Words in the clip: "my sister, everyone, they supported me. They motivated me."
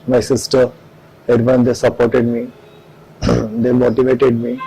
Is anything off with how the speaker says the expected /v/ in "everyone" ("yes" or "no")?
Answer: yes